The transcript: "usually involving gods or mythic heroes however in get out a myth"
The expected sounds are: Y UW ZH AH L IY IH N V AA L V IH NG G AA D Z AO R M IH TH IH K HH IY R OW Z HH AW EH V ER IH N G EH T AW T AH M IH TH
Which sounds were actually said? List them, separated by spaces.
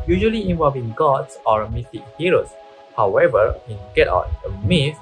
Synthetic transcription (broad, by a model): Y UW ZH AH L IY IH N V AA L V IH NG G AA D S AO R M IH T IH K HH IY R OW S HH AW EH V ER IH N G EH T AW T AH M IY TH